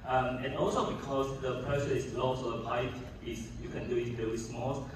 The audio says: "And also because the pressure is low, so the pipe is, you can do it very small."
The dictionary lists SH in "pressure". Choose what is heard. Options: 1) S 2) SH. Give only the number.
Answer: 1